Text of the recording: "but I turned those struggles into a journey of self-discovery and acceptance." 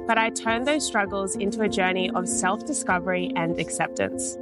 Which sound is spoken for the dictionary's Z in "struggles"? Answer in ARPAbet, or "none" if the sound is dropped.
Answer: Z